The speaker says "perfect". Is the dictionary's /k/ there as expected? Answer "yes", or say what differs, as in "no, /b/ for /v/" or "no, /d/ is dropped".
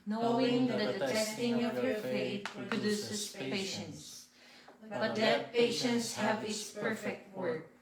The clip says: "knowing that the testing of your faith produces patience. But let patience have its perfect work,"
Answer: yes